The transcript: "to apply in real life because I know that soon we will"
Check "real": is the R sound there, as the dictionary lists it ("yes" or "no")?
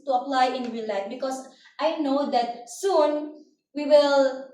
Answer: no